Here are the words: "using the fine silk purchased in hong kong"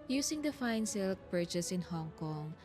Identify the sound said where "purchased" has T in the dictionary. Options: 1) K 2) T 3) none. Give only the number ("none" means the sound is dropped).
3